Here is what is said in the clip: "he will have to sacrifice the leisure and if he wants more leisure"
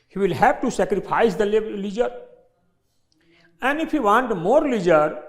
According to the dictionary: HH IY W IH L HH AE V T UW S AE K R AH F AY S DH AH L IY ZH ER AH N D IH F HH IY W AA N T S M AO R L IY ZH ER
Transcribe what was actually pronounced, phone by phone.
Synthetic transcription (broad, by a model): HH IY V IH L HH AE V T UW S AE K R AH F AY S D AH L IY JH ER AH N D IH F HH IY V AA N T M AO R L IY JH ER